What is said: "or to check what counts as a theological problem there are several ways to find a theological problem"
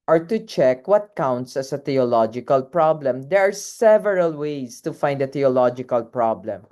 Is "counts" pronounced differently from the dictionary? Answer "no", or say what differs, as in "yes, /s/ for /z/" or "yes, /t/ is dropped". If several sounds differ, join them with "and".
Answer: no